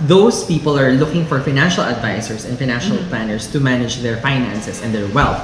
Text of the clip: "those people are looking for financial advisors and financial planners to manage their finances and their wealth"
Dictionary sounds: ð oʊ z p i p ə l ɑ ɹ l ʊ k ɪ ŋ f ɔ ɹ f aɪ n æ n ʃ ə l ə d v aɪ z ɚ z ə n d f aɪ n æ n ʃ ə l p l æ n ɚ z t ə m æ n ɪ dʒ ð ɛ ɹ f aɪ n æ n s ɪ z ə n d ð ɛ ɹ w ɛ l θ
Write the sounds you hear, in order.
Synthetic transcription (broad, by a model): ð oʊ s p i p ə l ɑ ɹ l ʊ k ɪ ŋ f ɔ ɹ f aɪ n æ n ʃ ə l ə d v aɪ s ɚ s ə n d f aɪ n æ n ʃ ə l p l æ n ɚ s t ə m æ n ɪ dʒ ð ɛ ɹ f aɪ n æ n s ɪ s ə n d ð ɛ ɹ w ɛ l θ